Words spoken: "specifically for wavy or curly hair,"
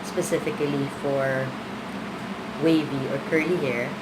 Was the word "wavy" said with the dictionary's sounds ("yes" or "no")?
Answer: yes